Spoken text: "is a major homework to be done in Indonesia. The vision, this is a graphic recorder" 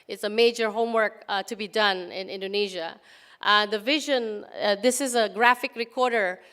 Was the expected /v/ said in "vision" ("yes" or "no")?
yes